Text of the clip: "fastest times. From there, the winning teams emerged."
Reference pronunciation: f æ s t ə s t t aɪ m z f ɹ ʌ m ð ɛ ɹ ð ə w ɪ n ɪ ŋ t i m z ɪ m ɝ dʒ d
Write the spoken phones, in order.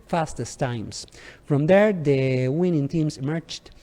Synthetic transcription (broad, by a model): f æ s t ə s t t aɪ m s f ɹ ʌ m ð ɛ ɹ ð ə w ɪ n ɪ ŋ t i m s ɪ m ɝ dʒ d